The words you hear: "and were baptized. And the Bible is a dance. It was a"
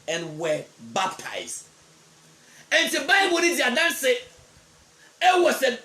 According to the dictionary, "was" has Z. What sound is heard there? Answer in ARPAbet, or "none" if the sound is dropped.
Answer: S